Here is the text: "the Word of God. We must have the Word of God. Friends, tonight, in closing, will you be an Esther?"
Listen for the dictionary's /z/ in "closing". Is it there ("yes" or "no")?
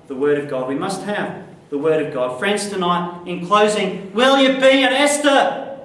yes